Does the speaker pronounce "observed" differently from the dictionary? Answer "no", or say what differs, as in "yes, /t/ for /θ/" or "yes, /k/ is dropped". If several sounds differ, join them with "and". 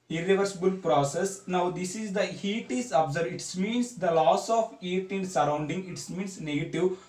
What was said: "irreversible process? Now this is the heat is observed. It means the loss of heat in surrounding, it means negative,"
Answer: yes, /v/ is dropped